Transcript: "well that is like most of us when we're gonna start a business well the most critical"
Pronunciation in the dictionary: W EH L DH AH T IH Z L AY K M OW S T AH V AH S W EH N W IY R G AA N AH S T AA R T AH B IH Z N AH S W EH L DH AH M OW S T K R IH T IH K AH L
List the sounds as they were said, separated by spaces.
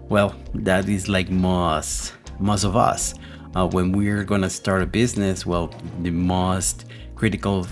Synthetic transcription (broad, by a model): W EH L DH AH T IH Z L AY K M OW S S AH V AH S W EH N W IY R G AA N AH S T AA R T AH B IH Z N AH S W EH L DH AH M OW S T K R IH T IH K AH L